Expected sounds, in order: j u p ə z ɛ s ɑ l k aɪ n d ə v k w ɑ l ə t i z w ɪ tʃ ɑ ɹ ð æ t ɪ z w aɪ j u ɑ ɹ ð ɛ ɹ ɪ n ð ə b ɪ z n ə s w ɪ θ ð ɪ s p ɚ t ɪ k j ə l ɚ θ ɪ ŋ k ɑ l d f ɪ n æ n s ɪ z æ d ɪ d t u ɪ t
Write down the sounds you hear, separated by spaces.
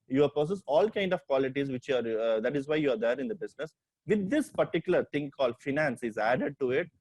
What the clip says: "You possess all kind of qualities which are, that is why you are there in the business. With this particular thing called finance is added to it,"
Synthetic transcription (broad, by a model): j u p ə s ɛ s ɑ l k aɪ n d ə v k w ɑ l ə t i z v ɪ tʃ ɑ ɹ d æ t ɪ z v aɪ j u ɑ ɹ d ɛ ɹ ɪ n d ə b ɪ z n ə s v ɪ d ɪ s p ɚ t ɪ k j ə l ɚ t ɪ ŋ k ɑ l d f ɪ n æ n s ɪ z æ d ɪ d t u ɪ t